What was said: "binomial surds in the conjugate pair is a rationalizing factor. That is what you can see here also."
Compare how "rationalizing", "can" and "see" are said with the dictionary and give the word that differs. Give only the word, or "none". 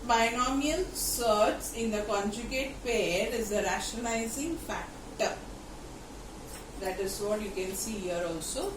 rationalizing